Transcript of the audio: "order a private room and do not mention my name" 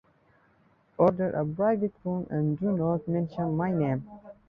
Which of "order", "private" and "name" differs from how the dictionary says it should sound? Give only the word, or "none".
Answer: private